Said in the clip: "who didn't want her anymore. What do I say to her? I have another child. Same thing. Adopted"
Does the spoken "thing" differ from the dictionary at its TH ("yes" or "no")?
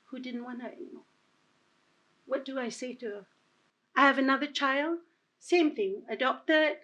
no